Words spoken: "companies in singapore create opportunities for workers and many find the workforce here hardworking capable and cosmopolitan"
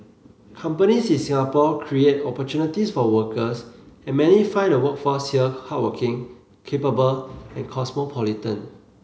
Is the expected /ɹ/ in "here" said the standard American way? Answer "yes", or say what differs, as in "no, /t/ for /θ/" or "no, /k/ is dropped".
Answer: no, /l/ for /ɹ/